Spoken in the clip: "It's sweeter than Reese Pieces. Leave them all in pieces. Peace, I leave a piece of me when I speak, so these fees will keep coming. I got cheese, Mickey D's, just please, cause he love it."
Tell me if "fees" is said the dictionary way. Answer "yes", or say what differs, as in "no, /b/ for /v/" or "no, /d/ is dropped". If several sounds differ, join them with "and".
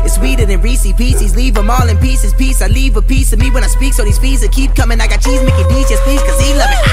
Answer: no, /p/ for /f/